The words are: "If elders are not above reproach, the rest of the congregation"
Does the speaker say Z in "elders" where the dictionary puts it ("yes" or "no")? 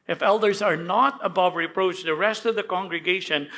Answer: yes